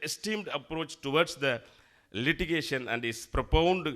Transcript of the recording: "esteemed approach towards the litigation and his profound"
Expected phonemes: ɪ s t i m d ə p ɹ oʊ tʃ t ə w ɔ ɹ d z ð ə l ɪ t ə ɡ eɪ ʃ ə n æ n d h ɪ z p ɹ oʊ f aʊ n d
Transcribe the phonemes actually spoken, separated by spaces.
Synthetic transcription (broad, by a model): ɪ s t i m d ə p ɹ oʊ tʃ t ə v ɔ ɹ d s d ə l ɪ t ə ɡ eɪ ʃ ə n æ n d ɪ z p ɹ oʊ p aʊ n d